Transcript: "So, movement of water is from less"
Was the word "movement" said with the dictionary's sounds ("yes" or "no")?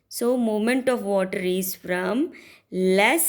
no